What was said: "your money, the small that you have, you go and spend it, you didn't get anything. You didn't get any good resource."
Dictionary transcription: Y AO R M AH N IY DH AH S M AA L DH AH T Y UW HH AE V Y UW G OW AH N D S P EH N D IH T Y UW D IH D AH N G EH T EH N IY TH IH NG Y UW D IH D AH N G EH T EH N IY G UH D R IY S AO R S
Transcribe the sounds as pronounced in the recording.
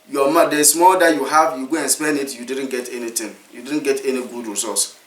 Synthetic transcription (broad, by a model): Y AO M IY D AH S M AA L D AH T Y UW HH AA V Y UW G OW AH N S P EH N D IH T Y UW D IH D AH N G EH T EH N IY T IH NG Y UW D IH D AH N G EH T EH N IY G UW D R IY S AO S